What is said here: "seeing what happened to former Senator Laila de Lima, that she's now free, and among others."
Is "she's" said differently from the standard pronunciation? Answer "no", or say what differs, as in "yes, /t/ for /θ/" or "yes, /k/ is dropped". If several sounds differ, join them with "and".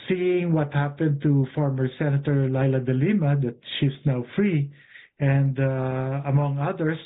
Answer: yes, /s/ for /z/